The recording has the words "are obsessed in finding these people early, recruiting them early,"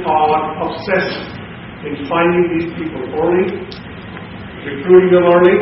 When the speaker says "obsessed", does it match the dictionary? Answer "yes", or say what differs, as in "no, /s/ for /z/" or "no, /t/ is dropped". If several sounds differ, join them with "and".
no, /t/ is dropped